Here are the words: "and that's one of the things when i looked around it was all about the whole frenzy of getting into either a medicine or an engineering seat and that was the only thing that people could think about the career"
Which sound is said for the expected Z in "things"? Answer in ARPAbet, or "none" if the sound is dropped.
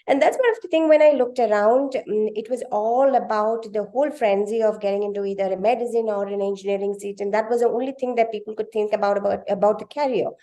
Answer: none